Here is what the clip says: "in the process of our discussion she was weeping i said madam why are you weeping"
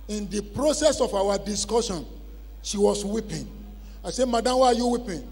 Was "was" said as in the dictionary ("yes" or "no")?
no